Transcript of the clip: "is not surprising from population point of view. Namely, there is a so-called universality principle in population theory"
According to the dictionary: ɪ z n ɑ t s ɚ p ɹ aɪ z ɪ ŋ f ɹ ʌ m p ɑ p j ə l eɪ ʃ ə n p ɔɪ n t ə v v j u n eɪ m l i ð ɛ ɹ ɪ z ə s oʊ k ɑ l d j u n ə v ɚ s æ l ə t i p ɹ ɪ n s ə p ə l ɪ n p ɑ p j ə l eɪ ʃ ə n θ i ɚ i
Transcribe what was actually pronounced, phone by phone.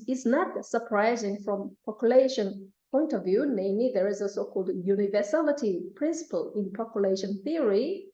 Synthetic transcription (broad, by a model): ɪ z n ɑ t s ɚ p ɹ aɪ z ɪ ŋ f ɹ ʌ m p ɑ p j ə l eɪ ʃ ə n p ɔɪ n t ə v v j u n eɪ m l i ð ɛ ɹ ɪ z ə s oʊ k ɑ l d j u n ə v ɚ s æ l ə t i p ɹ ɪ n s ə p ə l ɪ n p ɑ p j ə l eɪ ʃ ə n θ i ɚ i